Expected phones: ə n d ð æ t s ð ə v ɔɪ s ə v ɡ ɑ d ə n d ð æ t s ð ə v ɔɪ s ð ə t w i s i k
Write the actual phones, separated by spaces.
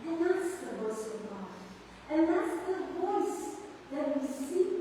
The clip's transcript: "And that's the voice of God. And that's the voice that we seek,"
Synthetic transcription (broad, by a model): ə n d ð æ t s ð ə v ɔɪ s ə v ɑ ə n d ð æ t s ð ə v ɔɪ s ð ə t w i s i